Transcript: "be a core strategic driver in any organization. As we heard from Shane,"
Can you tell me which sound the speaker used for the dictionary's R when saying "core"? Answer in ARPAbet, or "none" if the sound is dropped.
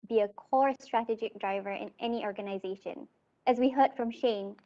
R